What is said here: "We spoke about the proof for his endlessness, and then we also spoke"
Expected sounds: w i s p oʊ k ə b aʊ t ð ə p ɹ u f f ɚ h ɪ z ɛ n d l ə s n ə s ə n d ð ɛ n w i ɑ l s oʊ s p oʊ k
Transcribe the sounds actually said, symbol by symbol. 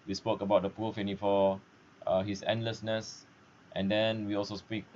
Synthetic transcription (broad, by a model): w i s p oʊ k ə b aʊ t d ə p u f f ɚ h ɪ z ɛ n d l ə s n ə s ə n d ɛ n w i ɑ l s oʊ s p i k